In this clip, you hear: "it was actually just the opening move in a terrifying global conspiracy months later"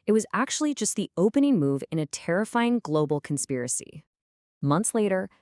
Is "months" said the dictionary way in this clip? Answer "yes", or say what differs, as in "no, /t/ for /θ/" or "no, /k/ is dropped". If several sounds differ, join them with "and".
yes